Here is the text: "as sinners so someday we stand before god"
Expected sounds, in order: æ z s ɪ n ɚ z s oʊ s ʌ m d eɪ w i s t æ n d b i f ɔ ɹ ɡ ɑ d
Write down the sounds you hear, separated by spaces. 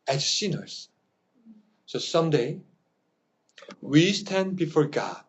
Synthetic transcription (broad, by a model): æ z s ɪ n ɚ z s oʊ s ʌ m d eɪ w i s t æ n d b i f ɔ ɹ ɡ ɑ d